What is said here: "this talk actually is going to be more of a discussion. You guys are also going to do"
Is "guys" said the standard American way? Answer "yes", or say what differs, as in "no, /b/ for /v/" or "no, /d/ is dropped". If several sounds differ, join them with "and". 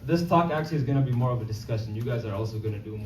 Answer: yes